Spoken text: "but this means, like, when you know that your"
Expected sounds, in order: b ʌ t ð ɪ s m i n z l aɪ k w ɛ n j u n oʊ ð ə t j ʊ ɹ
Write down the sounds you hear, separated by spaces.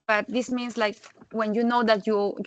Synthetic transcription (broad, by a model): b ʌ t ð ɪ s m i n s l aɪ k w ɛ n j u n oʊ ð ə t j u